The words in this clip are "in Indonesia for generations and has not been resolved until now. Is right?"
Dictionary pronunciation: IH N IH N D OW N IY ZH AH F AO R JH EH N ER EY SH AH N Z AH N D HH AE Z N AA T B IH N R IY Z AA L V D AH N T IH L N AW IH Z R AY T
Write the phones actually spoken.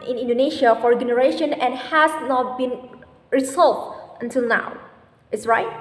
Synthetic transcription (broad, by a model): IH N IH N D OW N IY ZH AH F AO R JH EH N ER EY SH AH N AH N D HH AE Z N AA T B IH N R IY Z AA L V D AH N T IH L N AW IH S R AY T